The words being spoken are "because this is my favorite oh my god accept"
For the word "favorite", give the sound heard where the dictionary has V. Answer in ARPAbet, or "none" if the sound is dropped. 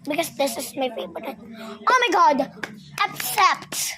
B